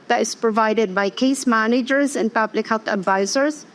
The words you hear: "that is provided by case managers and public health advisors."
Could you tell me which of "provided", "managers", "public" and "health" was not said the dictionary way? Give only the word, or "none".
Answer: none